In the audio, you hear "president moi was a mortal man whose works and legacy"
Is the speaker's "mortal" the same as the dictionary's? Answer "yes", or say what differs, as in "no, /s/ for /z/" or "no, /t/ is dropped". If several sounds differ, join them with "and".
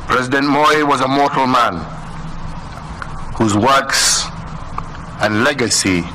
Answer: yes